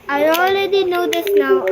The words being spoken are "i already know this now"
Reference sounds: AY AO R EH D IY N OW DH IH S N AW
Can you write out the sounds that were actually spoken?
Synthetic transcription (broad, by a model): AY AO L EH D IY N OW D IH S N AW